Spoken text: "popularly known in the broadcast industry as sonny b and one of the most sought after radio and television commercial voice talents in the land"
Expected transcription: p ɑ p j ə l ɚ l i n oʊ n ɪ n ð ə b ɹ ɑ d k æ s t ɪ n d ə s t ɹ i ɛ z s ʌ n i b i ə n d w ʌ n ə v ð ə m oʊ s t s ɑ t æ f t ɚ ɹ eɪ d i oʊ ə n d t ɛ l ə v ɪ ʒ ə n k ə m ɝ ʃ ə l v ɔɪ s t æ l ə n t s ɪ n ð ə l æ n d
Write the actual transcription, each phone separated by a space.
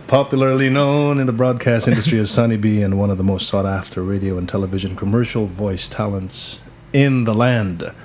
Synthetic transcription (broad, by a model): p ɑ p j l ɚ l i n oʊ n ɪ n ð ə b ɹ ɑ d k æ s t ɪ n d ə s t ɹ i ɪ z s ʌ n i b i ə n w ʌ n ə v ð ə m oʊ s t s ɑ t æ f t ɚ ɹ eɪ d i oʊ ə n t ɛ l ə v ɪ ʒ ə n k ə m ɝ ʃ l v ɔɪ s t æ l ə n t s ɪ n ð ə l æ n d